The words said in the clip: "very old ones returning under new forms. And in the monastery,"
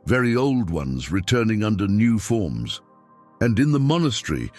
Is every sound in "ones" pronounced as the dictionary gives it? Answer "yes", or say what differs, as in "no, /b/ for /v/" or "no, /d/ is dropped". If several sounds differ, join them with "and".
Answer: yes